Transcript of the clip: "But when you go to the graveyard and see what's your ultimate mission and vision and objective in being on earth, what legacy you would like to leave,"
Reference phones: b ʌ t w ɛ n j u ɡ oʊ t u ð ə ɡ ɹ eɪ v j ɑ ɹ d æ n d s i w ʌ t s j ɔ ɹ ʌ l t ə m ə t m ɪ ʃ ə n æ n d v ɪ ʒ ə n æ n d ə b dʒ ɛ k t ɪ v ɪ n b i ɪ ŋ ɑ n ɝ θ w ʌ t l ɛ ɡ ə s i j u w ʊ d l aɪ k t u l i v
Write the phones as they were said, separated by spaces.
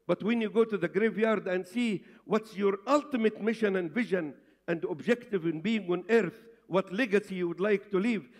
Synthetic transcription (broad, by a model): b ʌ t w ɛ n j u ɡ oʊ t u ð ə ɡ ɹ eɪ v j ɑ ɹ d æ n d s i w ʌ t s j ɔ ɹ ʌ l t ə m ə t m ɪ ʃ ə n æ n d v ɪ ʒ ə n æ n d ə b dʒ ɛ k t ɪ v ɪ n b i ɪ ŋ ɑ n ɝ θ w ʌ t l ɛ ɡ ə s i j u w ʊ d l aɪ k t u l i v